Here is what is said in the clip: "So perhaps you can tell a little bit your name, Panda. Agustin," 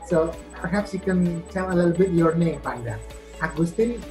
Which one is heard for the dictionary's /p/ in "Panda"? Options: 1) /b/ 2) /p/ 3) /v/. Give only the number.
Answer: 1